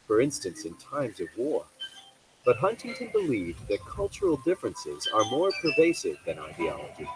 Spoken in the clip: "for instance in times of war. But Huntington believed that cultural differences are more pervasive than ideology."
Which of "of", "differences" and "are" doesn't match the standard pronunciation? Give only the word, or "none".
none